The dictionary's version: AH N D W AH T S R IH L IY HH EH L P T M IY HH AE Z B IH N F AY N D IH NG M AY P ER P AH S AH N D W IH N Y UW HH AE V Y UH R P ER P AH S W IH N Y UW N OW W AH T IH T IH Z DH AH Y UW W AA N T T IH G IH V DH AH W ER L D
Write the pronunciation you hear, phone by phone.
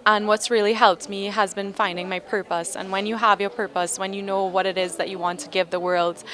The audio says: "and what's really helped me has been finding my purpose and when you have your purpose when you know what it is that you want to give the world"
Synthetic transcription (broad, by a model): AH N W AH T S R IH L IY HH EH L P T M IY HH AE Z B IH N F AY N D IH NG M AY P ER P AH S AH N W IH N Y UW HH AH V Y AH R P ER P AH S W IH N Y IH N OW W AH T IH T IH Z DH AH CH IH W AA N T T IH G IH V DH AH W ER L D